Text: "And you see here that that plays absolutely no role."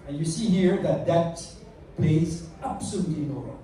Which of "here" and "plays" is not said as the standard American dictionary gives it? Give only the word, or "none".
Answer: none